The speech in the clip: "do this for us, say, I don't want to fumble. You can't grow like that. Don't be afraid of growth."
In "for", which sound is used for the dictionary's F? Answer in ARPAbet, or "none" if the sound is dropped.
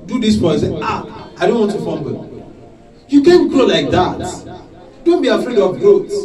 P